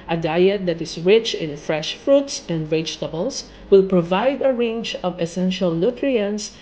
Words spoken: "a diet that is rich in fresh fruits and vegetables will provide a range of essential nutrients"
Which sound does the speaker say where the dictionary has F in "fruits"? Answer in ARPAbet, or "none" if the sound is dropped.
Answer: F